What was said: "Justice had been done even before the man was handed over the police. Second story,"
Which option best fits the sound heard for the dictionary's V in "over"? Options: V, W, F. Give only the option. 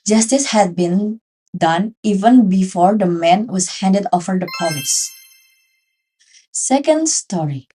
F